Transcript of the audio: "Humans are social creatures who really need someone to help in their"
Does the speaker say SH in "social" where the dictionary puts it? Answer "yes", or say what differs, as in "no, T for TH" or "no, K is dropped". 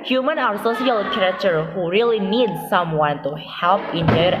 no, S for SH